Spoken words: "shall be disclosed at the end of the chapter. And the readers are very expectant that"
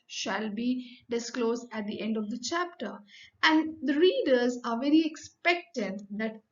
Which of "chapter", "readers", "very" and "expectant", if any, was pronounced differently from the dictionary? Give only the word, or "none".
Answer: none